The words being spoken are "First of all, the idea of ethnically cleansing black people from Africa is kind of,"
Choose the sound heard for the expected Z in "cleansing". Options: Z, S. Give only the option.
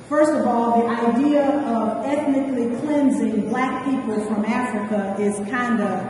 Z